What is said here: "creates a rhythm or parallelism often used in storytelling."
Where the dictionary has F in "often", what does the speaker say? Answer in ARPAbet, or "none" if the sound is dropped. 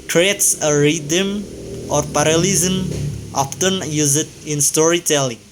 P